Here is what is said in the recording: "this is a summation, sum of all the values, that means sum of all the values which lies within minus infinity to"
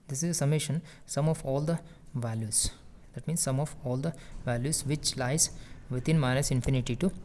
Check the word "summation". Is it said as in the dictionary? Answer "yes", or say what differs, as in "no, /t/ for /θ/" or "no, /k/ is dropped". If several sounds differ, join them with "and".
yes